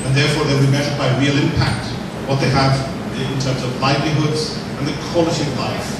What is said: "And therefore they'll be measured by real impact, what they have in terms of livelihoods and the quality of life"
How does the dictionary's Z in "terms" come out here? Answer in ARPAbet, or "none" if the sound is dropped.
Z